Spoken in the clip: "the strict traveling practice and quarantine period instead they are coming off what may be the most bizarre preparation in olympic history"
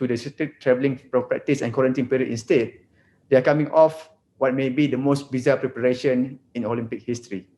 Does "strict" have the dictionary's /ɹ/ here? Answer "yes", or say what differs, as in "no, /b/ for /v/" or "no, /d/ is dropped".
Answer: no, /ɹ/ is dropped